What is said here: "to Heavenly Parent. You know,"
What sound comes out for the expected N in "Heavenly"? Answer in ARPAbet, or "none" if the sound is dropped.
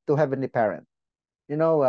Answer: N